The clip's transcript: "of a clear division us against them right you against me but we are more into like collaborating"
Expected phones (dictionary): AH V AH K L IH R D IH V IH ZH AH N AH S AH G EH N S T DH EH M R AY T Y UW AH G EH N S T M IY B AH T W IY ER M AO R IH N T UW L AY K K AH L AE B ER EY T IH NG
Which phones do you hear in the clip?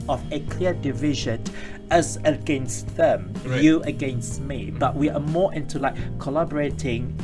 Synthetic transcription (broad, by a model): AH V AH K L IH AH D IH V IH ZH AH N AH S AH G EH N S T DH EH M Y UW AH G EH N S T M IY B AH T W IY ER M AO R IH N T UW L AY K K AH L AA B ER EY T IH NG